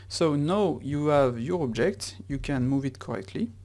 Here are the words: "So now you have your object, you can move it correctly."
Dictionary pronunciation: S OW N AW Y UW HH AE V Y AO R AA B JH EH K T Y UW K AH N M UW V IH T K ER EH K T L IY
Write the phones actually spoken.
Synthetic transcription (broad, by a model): S OW N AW Y UW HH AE V Y AO R AA B JH EH K T Y UW K AH N M UW V IH T K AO EH K T L IY